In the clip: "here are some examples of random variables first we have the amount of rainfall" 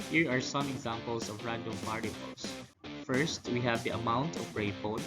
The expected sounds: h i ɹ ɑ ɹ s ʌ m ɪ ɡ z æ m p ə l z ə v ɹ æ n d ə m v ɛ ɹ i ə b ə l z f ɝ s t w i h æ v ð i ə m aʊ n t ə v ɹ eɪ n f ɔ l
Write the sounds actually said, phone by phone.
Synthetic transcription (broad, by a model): h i ɹ ɑ ɹ s ʌ m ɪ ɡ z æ m p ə l s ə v ɹ æ n d ə m p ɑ ɹ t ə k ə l s f ɝ s t w i h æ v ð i ə m aʊ n t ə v ɹ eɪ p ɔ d